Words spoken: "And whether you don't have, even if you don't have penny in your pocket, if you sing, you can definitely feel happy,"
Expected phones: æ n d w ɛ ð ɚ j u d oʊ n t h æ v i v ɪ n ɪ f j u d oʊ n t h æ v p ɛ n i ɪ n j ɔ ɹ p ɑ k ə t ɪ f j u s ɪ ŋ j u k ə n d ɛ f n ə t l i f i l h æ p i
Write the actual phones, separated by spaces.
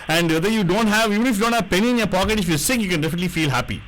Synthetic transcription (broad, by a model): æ n d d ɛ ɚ j u d oʊ n t h æ v i v ɪ n ɪ f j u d oʊ n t h æ v p ɛ n i ɪ n j ɔ ɹ p ɑ k ə t ɪ f j u s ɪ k j u k ə n d ɛ f n ə t l i f i l h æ p i